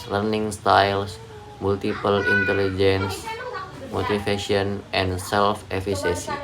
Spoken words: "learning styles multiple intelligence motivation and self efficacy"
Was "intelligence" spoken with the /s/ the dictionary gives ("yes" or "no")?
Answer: yes